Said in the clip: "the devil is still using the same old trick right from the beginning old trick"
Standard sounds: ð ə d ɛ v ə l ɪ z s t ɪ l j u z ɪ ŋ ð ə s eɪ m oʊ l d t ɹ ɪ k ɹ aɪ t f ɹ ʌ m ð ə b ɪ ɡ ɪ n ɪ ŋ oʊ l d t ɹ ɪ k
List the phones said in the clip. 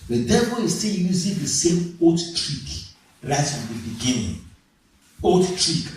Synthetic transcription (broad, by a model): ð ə d ɛ v ə l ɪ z s t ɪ l j u z ɪ ŋ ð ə s eɪ m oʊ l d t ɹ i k ɹ aɪ t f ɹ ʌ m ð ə b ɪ ɡ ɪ n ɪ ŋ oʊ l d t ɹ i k